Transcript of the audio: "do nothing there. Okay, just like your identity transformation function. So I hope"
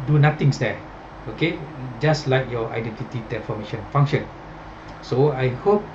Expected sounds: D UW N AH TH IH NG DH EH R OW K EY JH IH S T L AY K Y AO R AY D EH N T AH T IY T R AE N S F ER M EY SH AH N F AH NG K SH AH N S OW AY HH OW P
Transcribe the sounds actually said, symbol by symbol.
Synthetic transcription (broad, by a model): D UW N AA T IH NG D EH OW K EY JH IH S L AY K Y AO AY D EH N T AH T IY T EH F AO M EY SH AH N F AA NG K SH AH N S OW AY HH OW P